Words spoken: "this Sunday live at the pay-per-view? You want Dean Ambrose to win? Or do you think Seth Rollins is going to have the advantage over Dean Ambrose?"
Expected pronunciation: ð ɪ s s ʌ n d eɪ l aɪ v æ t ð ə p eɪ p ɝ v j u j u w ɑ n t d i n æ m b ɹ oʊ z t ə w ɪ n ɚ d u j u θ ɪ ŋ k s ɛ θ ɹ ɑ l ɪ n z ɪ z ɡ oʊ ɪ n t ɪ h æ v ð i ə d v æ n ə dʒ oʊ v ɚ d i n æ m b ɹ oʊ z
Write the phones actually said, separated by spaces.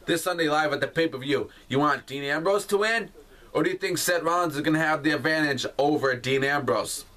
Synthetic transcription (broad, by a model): ð ɪ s s ʌ n d eɪ l aɪ v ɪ t ð ə p eɪ p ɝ v j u j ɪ w ɑ n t d i n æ m b ɹ oʊ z t ə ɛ n ɚ d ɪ j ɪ θ ɪ ŋ k s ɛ t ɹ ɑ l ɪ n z ɪ z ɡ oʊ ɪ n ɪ v ð i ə d v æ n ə dʒ oʊ v ɚ d i n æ m b ɹ oʊ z